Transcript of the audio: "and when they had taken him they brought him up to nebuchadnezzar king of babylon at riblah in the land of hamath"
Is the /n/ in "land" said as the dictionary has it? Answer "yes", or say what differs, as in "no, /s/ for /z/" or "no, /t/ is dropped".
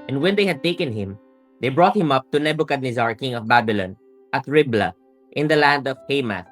yes